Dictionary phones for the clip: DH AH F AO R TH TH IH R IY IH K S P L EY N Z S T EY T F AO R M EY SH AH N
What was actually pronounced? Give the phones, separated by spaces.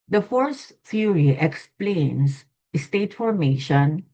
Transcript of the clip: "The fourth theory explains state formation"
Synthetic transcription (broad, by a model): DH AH F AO R S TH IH R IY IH K S P L EY N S S T EY T F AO R M EY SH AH N